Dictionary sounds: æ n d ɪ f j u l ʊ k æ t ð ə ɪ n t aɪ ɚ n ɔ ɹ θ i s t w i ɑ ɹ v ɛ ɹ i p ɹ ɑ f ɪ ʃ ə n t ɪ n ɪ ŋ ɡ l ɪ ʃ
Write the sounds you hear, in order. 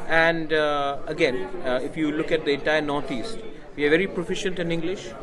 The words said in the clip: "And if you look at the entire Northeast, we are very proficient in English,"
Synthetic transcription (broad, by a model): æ n d ɪ f j u l ʊ k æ t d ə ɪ t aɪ n ɔ ɹ t i s t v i ɑ ɹ v ɛ ɹ i p ɹ ɑ f ɪ ʃ ə n t ɪ n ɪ ŋ ɡ l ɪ ʃ